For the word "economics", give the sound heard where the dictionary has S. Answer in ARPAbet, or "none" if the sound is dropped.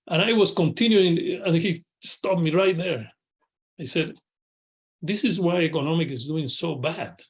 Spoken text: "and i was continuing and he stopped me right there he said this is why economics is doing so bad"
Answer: none